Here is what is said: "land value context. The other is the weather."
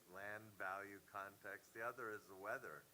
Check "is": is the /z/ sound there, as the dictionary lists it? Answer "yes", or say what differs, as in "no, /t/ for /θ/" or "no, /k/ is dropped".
yes